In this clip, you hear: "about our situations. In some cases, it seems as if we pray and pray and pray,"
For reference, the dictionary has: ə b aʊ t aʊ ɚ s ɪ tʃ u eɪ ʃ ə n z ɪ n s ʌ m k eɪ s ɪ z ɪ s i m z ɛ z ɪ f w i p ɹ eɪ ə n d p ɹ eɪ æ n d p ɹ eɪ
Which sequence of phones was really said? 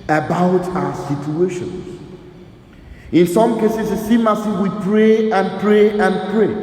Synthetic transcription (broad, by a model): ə b aʊ t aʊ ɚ s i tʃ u eɪ ʃ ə n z ɪ n s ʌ m k eɪ s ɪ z ɪ s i m ɑ s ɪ w i p ɹ eɪ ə n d p ɹ eɪ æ n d p ɹ eɪ